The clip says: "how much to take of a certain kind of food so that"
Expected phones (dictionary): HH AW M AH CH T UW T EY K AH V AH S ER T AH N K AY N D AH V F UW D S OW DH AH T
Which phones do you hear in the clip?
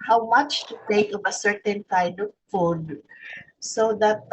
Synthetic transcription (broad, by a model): HH AW M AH CH T UW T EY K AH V AH S ER T AH N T AY D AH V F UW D S OW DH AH T